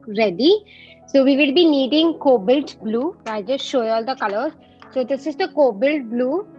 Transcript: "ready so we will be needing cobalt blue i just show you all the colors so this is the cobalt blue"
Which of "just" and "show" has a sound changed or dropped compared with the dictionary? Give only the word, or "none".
none